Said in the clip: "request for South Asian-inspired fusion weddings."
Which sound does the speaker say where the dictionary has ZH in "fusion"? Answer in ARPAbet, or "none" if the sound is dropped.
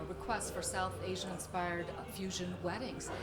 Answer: ZH